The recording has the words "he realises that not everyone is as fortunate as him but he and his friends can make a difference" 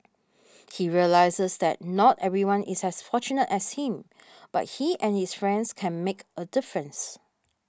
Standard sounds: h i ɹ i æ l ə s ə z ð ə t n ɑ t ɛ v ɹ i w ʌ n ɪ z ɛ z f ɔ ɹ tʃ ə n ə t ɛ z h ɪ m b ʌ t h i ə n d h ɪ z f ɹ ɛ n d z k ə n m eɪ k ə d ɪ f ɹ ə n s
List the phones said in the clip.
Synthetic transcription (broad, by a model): h i ɹ i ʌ l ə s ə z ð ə t n ɑ t ɛ v ɹ i w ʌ n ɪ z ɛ s f ɔ tʃ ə n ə t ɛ s h ɪ m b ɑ t h i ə n h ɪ s f ɹ ɛ n d s k ə n m eɪ k ə d ɪ f ɹ ə n s